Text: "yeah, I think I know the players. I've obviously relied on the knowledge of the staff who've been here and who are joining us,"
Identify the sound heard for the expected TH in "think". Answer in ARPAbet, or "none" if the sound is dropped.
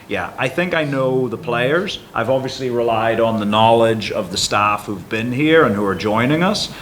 TH